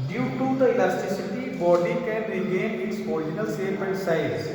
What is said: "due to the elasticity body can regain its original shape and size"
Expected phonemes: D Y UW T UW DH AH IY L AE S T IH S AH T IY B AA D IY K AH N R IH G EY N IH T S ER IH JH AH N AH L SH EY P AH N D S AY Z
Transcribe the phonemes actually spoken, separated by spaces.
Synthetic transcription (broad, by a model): D Y UW T UW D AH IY L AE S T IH S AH T IY B AA D IY K AH N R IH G EY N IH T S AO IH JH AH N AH L S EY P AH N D S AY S